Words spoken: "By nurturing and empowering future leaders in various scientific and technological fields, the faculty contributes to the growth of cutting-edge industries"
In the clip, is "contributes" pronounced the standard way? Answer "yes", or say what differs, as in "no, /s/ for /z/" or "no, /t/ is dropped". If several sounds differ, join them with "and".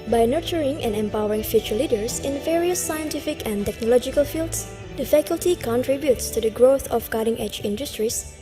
yes